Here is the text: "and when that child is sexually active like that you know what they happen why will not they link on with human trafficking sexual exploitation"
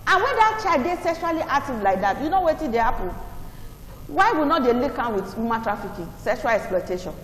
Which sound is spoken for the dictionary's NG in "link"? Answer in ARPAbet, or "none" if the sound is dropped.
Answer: none